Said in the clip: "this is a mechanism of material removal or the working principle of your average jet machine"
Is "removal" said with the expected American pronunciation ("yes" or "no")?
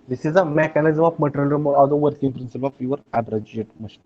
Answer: no